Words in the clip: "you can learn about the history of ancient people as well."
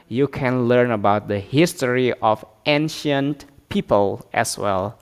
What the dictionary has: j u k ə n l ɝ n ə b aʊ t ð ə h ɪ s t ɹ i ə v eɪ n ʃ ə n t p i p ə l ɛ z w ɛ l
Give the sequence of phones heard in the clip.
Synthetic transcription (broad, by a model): j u k ə n l ɝ n ə b aʊ t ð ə h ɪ s t ɹ i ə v eɪ n ʃ ə n t p i p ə l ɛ s w ɛ l